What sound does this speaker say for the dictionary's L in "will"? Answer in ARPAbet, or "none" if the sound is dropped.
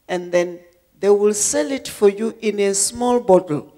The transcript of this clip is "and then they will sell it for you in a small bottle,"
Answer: L